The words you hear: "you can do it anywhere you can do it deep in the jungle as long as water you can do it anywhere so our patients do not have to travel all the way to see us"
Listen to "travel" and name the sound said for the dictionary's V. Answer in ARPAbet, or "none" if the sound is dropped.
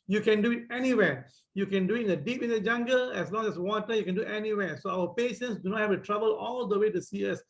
B